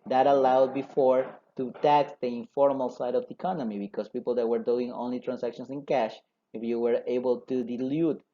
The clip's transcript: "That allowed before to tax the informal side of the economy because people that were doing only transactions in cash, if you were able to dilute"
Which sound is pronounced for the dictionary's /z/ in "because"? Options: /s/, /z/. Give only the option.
/s/